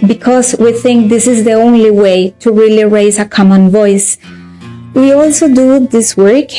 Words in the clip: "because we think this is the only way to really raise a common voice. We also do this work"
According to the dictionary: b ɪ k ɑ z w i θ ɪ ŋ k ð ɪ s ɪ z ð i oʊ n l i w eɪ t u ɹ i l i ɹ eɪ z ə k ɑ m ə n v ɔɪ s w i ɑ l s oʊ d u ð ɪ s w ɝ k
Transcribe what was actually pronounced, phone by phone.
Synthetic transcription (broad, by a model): b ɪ k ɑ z w i θ ɪ ŋ k ð ɪ s ɪ z ð i oʊ n l i w eɪ t u ɹ i l i ɹ eɪ z ə k ɑ m ə n v ɔɪ s w i ɑ l s oʊ d u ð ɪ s w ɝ k